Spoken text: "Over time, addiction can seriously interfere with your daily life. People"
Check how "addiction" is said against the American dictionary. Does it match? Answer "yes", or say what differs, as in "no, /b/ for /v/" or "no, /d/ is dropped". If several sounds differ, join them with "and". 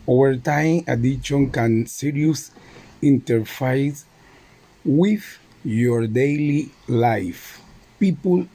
no, /k/ is dropped